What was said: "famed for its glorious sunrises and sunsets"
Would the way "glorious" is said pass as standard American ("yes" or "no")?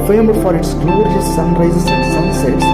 no